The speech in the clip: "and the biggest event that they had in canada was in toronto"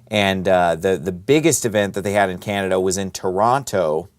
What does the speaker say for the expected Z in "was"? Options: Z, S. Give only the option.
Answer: Z